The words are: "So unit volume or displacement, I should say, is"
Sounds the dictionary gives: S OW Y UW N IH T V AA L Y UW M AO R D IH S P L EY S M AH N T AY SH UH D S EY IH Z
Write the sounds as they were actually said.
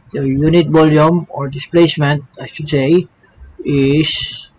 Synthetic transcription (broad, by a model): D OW Y UW N IH T V AA L Y UW M AO R D IH S P L EY S M AH N T AY SH UH D S EY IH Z